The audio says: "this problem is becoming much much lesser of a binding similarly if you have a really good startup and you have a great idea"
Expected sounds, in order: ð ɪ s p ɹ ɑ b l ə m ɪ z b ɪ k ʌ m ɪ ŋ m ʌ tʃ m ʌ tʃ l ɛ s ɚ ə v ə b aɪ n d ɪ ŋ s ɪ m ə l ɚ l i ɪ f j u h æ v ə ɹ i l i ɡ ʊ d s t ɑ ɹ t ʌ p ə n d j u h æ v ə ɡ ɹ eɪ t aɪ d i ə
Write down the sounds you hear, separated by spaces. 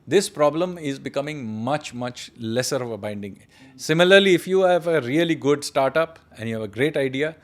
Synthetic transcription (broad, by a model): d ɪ s p ɹ ɑ b l ə m ɪ z b ɪ k ʌ m ɪ ŋ m ʌ tʃ m ʌ tʃ l ɛ s ɚ ə v ə b aɪ n d ɪ ŋ s ɪ m ə l ɚ l i ɪ f j u h æ v ə ɹ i l i ɡ ʊ d s t ɑ ɹ t ʌ p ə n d j u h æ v ə ɡ ɹ eɪ t aɪ d i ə